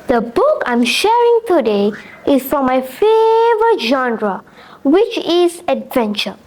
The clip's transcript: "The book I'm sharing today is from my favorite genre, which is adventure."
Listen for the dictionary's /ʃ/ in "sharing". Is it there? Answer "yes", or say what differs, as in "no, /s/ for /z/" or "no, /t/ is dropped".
yes